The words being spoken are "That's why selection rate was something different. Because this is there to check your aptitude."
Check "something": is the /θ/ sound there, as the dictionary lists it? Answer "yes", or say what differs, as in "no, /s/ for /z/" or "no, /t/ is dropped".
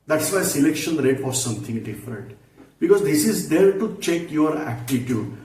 no, /t/ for /θ/